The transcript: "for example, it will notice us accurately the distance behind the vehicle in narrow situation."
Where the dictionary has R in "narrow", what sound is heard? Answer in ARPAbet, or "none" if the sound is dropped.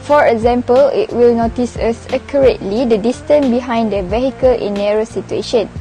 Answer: R